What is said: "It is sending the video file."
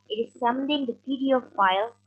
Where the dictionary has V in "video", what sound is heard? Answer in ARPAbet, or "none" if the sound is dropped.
P